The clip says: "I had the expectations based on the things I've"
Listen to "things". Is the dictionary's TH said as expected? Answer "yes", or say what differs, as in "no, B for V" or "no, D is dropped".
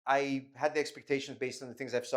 yes